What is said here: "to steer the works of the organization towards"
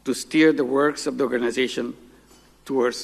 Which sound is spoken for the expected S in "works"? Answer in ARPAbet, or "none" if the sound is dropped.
S